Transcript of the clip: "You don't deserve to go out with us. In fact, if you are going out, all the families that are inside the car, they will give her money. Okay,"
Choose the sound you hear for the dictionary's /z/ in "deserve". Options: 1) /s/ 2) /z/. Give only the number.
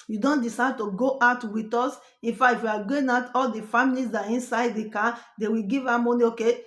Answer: 1